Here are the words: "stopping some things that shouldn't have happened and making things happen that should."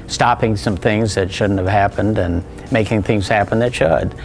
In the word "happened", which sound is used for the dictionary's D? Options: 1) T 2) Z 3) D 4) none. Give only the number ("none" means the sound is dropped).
3